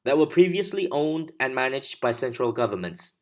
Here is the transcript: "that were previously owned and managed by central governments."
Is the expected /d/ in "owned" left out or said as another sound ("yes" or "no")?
no